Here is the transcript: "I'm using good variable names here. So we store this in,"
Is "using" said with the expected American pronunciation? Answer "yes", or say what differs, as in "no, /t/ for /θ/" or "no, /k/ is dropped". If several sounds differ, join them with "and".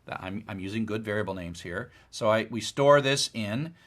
yes